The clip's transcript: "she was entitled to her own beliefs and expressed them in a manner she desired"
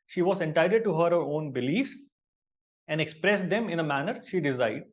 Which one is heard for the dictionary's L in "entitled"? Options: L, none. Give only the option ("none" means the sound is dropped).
none